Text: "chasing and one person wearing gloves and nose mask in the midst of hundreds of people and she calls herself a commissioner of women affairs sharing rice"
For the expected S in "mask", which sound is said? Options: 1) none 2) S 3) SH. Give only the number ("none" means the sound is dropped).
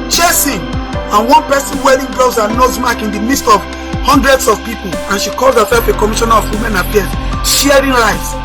1